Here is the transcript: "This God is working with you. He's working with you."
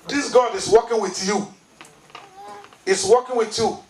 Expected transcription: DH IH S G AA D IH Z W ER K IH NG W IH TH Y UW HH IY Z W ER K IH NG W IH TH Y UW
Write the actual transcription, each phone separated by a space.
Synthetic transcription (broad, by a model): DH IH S G AA D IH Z W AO K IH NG W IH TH Y UW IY S W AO K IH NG W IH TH Y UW